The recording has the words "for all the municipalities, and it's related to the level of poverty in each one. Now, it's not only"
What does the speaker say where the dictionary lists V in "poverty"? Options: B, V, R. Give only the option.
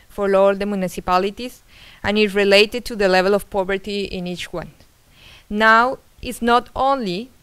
B